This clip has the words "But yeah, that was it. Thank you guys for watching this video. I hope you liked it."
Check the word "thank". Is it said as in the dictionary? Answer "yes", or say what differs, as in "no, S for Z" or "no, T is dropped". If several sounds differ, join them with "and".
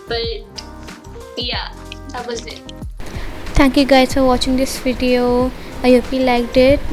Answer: no, T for TH